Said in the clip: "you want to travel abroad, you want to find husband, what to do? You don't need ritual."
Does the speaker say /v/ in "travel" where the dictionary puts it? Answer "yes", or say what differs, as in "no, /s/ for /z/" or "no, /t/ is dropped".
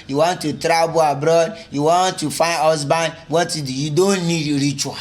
no, /b/ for /v/